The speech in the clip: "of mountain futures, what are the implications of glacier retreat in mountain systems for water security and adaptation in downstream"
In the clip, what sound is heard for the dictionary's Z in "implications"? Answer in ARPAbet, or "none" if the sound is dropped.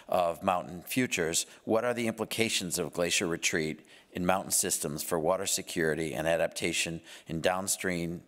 Z